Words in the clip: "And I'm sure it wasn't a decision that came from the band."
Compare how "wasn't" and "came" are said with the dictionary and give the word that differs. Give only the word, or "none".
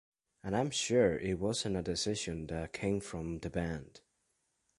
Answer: wasn't